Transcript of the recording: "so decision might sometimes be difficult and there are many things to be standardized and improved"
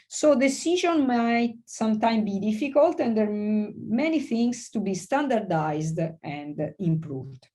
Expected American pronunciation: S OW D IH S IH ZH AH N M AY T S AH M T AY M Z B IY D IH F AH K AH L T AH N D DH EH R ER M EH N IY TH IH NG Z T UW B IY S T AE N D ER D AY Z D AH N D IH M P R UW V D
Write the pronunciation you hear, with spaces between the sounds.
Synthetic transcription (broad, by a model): S OW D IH S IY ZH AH N M AY T S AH M T AY M B IY D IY F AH K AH L T AH N D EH R M EH N IY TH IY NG S T UW B IY S T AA N D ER D AY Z D AH N D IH M P R UW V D